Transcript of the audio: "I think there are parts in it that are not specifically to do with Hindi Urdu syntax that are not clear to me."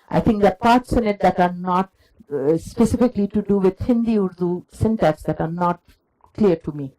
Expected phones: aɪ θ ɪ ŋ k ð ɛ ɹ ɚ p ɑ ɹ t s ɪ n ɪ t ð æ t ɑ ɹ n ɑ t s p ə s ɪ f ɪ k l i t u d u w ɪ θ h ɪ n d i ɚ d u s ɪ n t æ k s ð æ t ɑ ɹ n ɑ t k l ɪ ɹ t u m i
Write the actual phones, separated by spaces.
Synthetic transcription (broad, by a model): aɪ t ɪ ŋ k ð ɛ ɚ p ɑ ɹ t s ɪ n ɪ t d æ t ɑ ɹ n ɑ t s p ə s ɪ f ɪ k l i t u d u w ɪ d h ɪ n d i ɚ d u s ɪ n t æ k s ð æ t ɑ ɹ n ɑ t k l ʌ ɹ t u m i